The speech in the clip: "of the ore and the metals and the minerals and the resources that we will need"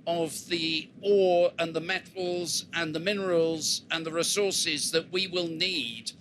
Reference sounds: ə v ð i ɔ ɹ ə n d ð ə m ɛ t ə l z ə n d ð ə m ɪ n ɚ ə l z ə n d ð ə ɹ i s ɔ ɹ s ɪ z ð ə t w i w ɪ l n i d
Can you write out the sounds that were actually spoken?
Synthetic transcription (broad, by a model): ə v ð i ɔ ɹ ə n ð ə m ɛ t l z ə n ð ə m ɪ n ɚ ə l z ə n ð ə ɹ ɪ s ɔ ɹ s ɪ z ð ə t w i w ɪ l n i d